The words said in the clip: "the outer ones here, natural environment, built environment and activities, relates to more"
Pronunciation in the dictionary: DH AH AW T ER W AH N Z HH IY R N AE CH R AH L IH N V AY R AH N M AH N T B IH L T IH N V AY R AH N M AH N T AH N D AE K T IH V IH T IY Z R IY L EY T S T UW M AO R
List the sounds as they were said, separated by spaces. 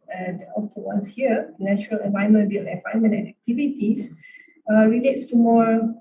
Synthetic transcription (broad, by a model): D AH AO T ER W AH N S HH IY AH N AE CH R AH L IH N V AY AH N M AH N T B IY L IH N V AY AH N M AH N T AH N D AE K T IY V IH T IY S R IY L EY T S T UW M AO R